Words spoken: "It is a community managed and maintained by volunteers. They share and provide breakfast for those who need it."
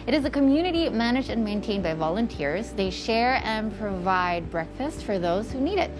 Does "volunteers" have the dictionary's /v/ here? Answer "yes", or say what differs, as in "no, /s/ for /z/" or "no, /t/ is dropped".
yes